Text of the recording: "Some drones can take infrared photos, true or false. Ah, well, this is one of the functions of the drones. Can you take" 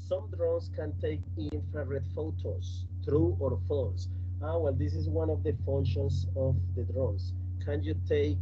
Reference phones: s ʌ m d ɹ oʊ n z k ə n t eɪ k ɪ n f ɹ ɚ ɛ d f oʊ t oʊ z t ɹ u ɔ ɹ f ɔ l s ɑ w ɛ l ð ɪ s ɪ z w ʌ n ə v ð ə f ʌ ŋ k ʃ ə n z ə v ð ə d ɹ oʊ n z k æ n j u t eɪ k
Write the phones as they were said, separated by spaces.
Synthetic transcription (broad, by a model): s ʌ m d ɹ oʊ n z k ə n t eɪ k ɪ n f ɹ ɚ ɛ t f oʊ t oʊ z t ɹ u ɔ ɹ f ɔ s ɑ w ɛ l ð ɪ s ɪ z w ʌ n ə v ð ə f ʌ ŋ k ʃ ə n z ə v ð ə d ɹ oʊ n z k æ n j u t eɪ k